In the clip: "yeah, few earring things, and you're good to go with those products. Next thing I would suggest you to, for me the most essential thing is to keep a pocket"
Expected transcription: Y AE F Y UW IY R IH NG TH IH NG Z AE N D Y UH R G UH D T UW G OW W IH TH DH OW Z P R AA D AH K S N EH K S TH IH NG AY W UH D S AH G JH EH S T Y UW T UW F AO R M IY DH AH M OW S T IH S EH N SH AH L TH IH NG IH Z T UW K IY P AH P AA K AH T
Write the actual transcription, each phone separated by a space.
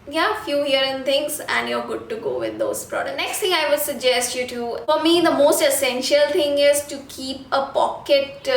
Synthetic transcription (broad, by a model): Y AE F Y UW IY R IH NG T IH NG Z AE N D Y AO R G UH D T UW G OW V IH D OW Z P R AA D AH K N EH K S T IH NG AY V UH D S AH G JH EH S T Y UW T UW F AO R M IY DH AH M OW S T IH S EH N SH AH L T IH NG IH Z T UW K IY P AH P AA K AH T